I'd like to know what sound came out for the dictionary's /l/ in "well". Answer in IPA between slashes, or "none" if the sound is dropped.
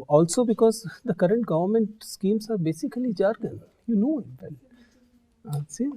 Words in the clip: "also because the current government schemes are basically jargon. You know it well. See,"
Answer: /n/